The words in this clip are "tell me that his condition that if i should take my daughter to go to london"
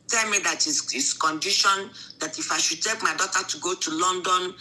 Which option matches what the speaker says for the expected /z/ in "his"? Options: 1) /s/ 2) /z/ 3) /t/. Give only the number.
1